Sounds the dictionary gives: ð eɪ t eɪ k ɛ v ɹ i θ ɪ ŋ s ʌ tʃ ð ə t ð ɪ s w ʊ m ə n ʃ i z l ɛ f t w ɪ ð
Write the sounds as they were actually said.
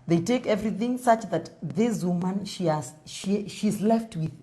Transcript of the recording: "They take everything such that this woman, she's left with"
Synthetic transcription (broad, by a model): ð eɪ t eɪ k ɛ v ɹ i θ ɪ ŋ s ʌ tʃ ð ə t ð ɪ s w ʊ m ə n ʃ i z l ɛ f t w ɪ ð